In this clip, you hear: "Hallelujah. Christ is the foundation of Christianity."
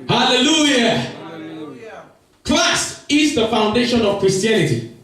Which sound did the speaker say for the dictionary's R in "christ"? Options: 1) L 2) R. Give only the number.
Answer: 1